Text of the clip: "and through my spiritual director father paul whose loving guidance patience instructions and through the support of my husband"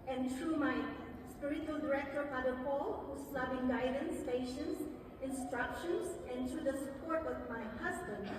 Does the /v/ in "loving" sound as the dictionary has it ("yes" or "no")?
no